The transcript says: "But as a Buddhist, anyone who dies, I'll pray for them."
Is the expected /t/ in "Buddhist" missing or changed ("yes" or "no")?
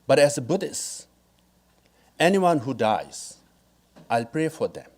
yes